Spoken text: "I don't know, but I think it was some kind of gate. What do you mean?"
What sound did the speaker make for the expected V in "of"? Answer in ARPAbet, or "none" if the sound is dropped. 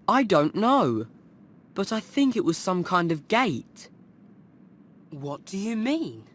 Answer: V